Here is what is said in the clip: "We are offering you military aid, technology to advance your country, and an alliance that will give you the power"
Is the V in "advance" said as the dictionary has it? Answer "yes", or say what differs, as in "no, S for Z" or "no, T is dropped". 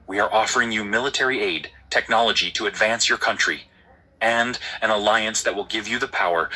yes